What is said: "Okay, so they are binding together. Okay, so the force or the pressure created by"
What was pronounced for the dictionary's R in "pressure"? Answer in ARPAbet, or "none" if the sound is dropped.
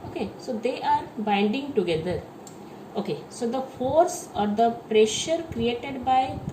R